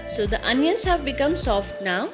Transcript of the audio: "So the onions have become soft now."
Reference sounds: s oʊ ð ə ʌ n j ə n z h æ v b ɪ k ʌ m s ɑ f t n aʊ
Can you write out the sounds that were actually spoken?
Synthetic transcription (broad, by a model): s oʊ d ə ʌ n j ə n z h æ v b ɪ k ʌ m s ɑ f t n aʊ